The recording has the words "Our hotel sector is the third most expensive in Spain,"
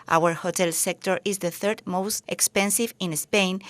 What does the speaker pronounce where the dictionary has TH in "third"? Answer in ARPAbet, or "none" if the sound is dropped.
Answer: TH